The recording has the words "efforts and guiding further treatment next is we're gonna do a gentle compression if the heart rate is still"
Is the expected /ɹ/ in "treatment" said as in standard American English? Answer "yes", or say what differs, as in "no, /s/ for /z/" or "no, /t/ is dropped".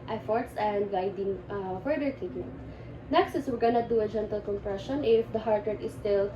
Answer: no, /ɹ/ is dropped